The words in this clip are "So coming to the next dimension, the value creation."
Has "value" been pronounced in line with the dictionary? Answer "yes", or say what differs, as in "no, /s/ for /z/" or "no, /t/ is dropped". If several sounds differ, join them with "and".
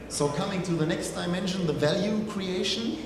yes